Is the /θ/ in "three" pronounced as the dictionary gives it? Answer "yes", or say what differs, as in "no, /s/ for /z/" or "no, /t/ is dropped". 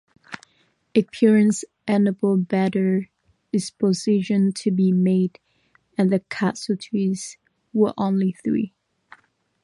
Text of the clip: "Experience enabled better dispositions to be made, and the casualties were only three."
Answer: yes